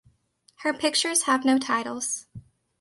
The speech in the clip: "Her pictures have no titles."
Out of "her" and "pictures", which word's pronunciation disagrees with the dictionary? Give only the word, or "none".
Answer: none